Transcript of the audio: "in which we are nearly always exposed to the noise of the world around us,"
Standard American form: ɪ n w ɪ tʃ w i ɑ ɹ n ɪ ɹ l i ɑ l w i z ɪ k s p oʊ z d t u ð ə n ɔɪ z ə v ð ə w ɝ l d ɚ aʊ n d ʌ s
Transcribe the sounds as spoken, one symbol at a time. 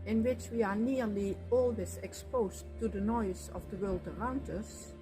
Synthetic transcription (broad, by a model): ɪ n w ɪ tʃ w i ɑ ɹ n ɪ ɹ l i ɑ l w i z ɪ k s p oʊ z t u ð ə n ɔɪ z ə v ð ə w ɝ l d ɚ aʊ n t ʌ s